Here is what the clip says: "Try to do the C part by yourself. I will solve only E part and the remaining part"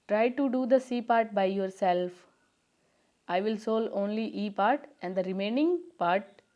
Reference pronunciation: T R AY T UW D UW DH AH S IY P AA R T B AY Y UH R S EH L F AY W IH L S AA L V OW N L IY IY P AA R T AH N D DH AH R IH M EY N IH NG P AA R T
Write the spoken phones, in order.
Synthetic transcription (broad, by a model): T R AY T UW D UW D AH S IY P AA R T B AY Y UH R S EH L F AY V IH L S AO L OW N L IY IY P AA R T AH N D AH R IH M EY N IH NG P AA R T